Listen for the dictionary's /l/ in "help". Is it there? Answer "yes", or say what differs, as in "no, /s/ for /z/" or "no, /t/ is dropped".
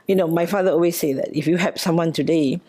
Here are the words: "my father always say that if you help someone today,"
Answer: no, /l/ is dropped